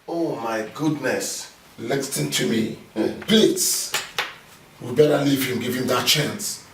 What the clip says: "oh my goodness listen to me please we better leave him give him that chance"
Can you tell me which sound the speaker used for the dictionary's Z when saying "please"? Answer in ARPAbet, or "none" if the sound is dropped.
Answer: S